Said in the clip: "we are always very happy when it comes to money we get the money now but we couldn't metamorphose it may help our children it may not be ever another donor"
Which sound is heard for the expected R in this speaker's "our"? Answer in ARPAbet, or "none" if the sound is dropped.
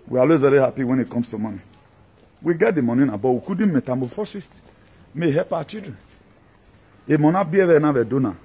W